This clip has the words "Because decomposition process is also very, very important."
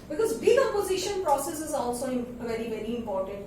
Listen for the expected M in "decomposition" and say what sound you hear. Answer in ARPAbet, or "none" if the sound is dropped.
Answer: none